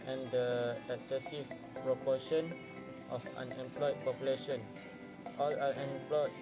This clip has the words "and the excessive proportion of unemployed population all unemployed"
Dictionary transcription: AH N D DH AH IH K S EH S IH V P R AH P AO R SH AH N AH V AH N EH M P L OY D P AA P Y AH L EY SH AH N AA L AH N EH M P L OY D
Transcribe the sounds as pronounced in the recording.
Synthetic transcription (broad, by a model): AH N D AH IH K S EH S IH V P R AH P AO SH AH N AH F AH N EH M P L OY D P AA P Y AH L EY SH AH N AA L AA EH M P L OY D